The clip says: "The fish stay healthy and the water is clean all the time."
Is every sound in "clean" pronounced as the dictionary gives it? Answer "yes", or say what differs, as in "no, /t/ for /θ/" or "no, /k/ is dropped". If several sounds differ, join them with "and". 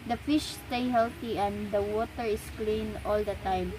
yes